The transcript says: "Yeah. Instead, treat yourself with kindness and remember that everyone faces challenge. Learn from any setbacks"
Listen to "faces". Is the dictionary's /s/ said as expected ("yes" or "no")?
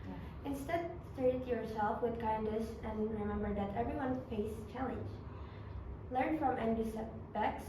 no